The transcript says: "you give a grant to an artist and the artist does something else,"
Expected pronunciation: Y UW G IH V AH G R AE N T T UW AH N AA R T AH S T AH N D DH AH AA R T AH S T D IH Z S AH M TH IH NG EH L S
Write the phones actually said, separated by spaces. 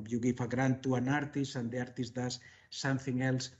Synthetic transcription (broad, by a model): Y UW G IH F AH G R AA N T T UW AH N AA R T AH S AH N D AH AA R T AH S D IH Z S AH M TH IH NG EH L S